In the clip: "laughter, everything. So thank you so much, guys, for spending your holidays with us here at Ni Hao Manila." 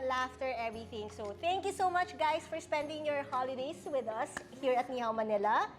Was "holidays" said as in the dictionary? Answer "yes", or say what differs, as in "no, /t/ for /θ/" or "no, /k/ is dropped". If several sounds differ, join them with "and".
no, /s/ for /z/